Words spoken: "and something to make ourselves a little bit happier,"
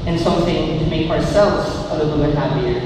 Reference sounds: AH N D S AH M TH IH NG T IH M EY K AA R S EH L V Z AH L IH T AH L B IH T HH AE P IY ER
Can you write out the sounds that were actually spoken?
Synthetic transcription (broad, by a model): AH N S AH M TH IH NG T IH M EY K AA R S EH L V Z AH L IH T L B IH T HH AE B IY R